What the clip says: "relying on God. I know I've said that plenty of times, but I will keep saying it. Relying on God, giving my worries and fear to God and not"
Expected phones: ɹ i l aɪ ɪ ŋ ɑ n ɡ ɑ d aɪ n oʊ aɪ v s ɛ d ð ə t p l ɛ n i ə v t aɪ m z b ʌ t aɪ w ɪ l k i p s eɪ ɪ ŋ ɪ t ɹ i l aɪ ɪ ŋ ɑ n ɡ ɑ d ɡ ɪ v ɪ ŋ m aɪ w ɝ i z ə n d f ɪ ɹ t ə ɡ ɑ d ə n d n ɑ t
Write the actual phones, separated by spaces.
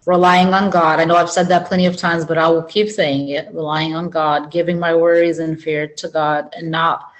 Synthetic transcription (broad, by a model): ɹ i l aɪ ɪ ŋ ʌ n ɡ ɑ d aɪ n oʊ aɪ v s ɛ d ð ə t p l ɛ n i ə v t aɪ m z b ʌ t aɪ w ɪ l k i p s eɪ ɪ ŋ ɪ t ɹ i l aɪ ɪ ŋ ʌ n ɡ ɑ d ɡ ɪ v ɪ ŋ m aɪ w ɝ i z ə n f ɪ ɹ t ə ɡ ɑ d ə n n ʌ t